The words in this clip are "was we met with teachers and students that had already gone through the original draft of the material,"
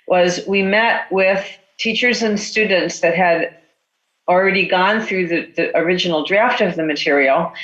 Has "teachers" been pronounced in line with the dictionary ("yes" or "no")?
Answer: yes